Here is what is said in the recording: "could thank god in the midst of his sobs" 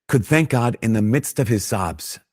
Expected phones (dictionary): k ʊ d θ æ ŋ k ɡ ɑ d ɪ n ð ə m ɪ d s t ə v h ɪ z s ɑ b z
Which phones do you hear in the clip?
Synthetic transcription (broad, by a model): k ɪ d θ æ ŋ k ɡ ɑ d ɪ n ð ə m ɪ d s t ə v ɪ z s ɑ b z